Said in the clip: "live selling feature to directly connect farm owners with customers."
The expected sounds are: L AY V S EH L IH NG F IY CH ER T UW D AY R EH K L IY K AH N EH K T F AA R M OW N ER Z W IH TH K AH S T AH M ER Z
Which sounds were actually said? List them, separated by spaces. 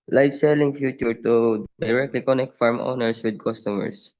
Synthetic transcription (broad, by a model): L AY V S EH L IH NG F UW CH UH T UW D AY R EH K L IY K AH N EH K T F AA R M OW N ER S W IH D K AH S T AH M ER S